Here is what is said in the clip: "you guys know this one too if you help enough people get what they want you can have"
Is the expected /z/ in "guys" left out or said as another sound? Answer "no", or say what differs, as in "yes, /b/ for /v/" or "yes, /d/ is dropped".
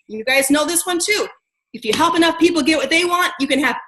no